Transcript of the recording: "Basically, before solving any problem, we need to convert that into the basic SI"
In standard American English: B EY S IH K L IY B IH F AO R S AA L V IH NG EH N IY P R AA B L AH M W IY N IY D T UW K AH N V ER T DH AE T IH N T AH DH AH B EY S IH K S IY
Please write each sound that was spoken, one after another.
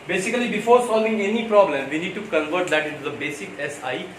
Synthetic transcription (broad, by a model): B EY S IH K L IY B IH F AO R S AA L V IH NG EH N IY P R AA B L AH M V IY N IY D T UW K AH N V ER T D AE T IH T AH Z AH B EY S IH K S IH